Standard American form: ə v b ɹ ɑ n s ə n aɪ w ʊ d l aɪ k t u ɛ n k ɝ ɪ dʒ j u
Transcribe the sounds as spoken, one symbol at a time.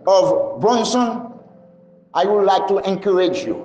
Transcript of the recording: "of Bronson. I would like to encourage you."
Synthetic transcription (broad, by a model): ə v b ɑ n s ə n aɪ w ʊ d l aɪ k t u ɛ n k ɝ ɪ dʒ j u